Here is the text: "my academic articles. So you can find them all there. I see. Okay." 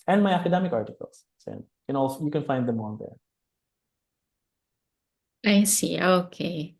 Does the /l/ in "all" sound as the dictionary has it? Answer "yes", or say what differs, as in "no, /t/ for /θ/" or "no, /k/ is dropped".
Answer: no, /n/ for /l/